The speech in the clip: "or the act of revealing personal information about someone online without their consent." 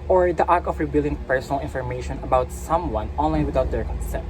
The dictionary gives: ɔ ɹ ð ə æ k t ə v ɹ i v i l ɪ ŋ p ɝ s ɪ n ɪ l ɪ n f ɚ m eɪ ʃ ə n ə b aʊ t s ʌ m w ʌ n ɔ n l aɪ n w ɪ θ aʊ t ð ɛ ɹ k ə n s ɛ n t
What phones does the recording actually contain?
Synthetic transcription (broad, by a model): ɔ ɹ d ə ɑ k ə f ɹ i b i l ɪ ŋ p ɝ s ɪ n ɪ l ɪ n f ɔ m eɪ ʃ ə n ə b aʊ t s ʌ m w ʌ n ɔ n l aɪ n w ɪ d aʊ t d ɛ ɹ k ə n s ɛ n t